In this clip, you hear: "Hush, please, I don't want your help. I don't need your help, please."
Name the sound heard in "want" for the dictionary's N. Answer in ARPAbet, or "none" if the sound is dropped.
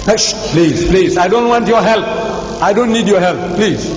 N